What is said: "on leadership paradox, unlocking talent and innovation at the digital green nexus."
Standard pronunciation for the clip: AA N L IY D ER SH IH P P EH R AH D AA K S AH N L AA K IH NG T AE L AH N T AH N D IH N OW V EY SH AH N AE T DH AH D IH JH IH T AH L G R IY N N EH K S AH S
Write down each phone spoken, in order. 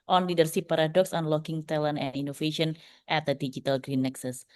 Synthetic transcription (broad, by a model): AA N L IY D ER S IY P P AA R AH D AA K S AH N L AA K IH NG T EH L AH N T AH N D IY N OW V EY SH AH N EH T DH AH D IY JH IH T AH L G R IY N N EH K S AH S